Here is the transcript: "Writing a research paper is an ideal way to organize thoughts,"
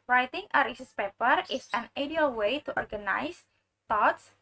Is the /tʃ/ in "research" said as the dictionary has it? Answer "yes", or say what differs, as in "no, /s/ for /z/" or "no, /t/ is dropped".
no, /s/ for /tʃ/